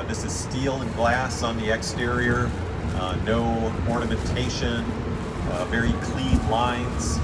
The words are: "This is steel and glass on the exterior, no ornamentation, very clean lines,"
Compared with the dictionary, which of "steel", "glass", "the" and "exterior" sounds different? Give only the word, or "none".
none